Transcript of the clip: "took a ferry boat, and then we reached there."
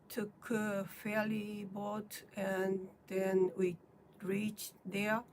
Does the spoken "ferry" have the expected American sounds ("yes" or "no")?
no